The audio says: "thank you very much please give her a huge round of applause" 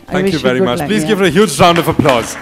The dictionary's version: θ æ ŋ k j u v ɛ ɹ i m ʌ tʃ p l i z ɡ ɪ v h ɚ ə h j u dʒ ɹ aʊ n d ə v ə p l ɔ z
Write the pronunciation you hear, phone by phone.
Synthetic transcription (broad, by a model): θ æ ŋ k j u v ɛ ɹ i m ʌ tʃ p l i z ɡ ɪ v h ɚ ə h j u dʒ ɹ aʊ n d ə v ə p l ɔ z